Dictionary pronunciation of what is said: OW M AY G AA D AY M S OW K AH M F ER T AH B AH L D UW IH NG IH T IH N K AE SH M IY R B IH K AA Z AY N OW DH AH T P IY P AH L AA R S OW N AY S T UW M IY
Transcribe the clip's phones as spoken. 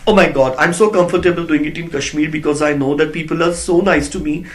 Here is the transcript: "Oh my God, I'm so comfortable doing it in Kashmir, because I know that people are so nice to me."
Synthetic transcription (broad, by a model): OW M AY G AA D AY M S OW K AH M F ER T AH B AH L D UW IH NG IH T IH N K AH SH M IY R B IH K AA Z AY N OW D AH T P IY P AH L AA R S OW N AY S T UW M IY